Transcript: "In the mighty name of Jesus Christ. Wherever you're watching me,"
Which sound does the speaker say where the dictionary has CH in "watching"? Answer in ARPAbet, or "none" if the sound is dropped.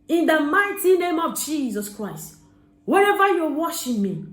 SH